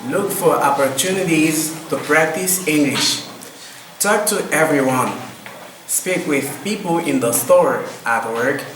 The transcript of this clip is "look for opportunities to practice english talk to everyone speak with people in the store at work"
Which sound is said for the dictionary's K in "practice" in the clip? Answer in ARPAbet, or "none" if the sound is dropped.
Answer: K